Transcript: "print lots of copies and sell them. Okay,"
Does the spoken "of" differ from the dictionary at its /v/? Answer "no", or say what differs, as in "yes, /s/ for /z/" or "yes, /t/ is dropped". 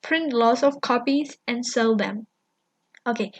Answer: yes, /f/ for /v/